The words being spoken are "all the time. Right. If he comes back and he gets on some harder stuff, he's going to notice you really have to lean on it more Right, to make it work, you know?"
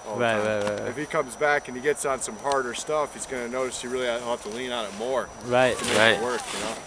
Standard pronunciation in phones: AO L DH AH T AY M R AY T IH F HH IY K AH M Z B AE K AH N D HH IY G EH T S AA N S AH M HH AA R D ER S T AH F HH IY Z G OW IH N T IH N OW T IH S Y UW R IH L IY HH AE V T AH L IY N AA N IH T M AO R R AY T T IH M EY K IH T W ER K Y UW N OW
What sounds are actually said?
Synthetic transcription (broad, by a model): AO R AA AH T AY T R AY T IH F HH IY K AH M Z B AE K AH N IY G EH T S N S AH M HH AA R D ER S T AH F HH IY Z G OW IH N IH N OW T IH S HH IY R IH L IY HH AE T AH L IY N AA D IH T M AO R R AY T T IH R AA IH T W ER K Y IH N OW